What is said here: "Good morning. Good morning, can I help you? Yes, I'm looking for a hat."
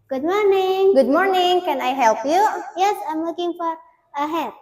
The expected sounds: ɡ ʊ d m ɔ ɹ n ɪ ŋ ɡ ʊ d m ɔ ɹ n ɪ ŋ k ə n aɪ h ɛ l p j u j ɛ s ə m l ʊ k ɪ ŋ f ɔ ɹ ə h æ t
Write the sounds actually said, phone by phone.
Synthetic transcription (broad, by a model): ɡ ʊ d m ɔ ɹ n ɪ ŋ ɡ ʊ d m ɔ ɹ n ɪ ŋ k ə n aɪ h ɛ l p j u j ɛ s ə m w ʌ k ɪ ŋ f ɔ ɹ ə h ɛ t